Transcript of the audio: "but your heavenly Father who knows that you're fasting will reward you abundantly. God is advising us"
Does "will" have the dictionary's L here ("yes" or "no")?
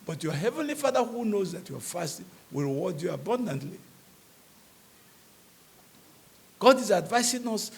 yes